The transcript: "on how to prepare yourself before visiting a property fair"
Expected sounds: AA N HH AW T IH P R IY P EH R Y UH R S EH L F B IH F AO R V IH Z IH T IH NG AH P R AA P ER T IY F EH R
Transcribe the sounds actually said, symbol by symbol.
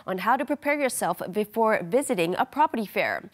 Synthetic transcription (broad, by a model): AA N HH AW T IH P R IY P EH R Y UH R S EH L F B IH F AO R V IH Z IH T IH NG AH P R AA P ER T IY F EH R